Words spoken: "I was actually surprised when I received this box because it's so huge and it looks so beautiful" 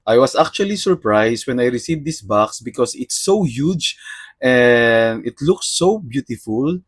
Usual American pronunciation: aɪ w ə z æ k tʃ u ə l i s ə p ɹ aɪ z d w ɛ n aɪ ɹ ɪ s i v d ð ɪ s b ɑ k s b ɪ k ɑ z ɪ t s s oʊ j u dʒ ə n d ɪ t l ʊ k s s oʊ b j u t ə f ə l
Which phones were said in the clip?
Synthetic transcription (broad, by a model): aɪ w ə s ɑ k tʃ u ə l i s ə p ɹ aɪ s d w ɛ n aɪ ɹ ɪ s i v d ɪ s b ɑ k s b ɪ k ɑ s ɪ t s s oʊ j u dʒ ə n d ɪ t l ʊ k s s oʊ b j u t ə f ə l